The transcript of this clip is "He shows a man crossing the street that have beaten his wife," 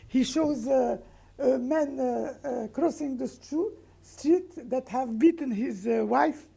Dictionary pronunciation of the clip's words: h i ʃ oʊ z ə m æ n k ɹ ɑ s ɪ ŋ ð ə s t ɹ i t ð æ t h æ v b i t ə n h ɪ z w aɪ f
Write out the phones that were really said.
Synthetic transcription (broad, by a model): h i ʃ oʊ z ə m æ n k ɹ ɑ s ɪ ŋ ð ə s t ɹ i t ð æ t h æ v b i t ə n h ɪ z w aɪ f